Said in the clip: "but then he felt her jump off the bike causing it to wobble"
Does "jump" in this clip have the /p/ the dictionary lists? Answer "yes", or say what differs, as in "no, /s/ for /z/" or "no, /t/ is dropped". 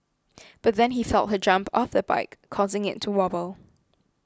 yes